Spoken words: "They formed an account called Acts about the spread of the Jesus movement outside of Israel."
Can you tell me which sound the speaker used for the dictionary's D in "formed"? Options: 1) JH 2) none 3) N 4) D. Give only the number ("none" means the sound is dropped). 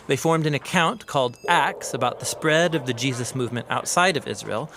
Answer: 4